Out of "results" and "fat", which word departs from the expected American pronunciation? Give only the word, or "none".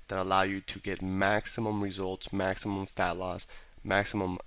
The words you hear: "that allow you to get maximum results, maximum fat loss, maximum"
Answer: none